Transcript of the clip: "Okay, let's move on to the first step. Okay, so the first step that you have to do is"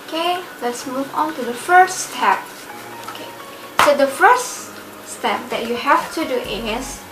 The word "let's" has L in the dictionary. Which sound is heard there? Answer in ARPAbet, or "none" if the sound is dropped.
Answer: L